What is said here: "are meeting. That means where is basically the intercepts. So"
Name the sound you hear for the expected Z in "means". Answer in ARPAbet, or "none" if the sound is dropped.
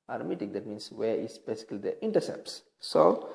S